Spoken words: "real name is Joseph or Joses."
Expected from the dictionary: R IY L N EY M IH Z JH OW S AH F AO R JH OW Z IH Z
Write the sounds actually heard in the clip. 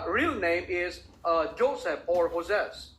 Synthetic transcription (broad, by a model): R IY L N EY M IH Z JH OW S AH P AO R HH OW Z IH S